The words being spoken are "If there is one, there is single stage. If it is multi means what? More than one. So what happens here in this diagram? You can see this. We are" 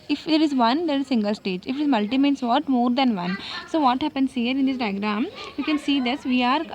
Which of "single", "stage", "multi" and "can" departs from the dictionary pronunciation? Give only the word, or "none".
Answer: none